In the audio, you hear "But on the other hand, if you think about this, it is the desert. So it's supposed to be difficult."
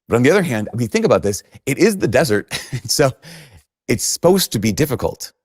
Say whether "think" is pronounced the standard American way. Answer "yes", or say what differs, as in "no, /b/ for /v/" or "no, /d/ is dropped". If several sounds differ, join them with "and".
yes